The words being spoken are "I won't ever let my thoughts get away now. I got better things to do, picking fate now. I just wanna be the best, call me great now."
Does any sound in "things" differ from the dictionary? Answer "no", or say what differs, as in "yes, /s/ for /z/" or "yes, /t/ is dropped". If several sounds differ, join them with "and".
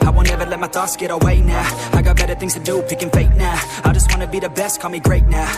no